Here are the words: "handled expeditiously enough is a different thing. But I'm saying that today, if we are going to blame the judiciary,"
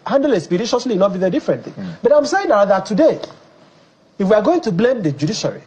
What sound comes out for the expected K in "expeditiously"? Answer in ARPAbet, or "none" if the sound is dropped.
none